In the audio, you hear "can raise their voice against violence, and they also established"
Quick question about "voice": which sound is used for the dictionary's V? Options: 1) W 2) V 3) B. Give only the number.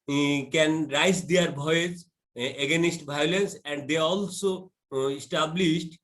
3